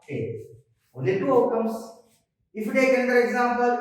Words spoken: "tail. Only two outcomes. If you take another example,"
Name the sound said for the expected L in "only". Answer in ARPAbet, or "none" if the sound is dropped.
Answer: none